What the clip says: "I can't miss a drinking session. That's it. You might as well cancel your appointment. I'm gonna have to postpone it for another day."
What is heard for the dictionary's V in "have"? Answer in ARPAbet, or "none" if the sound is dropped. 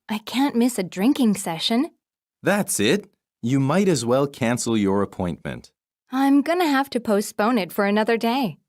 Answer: F